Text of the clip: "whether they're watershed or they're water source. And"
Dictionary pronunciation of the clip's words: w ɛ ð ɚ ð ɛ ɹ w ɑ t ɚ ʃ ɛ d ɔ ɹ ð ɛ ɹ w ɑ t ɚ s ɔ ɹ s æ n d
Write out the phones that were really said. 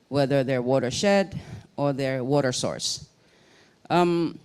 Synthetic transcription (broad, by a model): w ɛ ð ɚ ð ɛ ɹ w ɑ t ɚ ʃ ɛ d ɔ ɹ ð ɛ ɹ w ɑ t ɚ s ɔ ɹ s